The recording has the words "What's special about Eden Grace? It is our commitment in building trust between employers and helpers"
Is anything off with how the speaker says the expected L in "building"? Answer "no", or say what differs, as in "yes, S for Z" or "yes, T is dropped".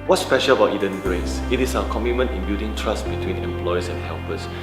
yes, L is dropped